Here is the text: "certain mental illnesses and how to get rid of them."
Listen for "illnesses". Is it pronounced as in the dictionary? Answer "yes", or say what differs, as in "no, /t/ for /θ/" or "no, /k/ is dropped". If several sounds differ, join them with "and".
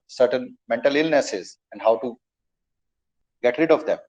yes